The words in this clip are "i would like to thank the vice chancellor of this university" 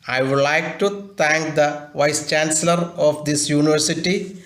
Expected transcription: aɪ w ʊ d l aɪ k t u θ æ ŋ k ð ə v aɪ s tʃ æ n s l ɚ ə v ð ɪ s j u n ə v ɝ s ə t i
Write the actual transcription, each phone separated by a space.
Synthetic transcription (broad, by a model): aɪ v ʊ d l aɪ k t u t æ ŋ k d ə v aɪ s tʃ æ n s l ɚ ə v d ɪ s j u n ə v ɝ s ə t i